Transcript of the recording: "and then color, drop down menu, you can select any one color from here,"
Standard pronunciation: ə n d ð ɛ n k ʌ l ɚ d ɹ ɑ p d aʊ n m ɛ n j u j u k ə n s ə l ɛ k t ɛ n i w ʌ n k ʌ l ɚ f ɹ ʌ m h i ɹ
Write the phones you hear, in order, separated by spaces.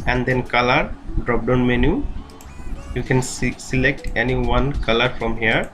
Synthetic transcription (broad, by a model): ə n d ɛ n k ʌ l ɚ d ɹ ɑ p d aʊ n m ɛ n j u j u k ə n s ə l ɛ k t ɛ n i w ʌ n k ʌ l ɚ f ɹ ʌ m h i ɹ